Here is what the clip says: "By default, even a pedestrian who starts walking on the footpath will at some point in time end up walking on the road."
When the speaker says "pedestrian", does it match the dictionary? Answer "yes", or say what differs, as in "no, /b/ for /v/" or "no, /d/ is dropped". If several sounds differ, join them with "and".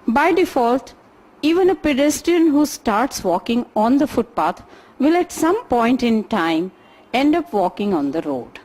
yes